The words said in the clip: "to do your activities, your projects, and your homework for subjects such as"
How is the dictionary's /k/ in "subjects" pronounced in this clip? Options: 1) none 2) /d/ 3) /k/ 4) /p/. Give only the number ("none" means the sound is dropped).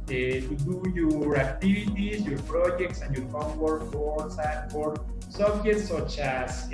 1